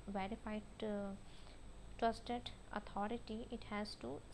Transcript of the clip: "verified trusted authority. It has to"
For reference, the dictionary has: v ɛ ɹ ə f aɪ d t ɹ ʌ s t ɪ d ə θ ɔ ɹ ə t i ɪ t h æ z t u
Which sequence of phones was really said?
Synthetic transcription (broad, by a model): v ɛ ɹ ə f aɪ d t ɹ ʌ s t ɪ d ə t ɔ ɹ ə t i ɪ t h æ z t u